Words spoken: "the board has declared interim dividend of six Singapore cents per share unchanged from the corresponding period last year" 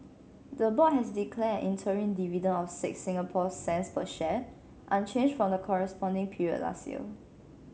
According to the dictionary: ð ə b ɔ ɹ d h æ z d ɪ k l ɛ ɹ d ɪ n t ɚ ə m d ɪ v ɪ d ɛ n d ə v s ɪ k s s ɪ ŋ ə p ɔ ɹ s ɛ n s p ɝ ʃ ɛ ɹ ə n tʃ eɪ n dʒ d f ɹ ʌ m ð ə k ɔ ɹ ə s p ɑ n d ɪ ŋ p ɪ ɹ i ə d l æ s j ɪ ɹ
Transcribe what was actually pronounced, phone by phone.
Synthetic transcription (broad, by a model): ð ə b ɔ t h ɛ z d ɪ k l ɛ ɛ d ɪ n t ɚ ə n d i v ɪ d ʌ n ə f s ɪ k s s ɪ ŋ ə p ɔ s ɛ n s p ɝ ʃ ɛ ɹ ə n tʃ eɪ n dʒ f ɹ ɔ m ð ə k ɔ ɹ ə s p ɑ n d ɪ ŋ p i ɹ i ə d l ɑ s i l